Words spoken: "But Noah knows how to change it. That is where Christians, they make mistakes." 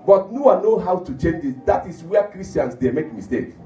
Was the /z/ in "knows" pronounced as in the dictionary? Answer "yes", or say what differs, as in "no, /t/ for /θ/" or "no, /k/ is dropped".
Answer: no, /z/ is dropped